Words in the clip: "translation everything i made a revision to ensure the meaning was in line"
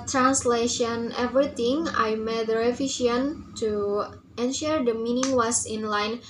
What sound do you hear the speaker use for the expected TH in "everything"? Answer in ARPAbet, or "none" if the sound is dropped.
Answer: T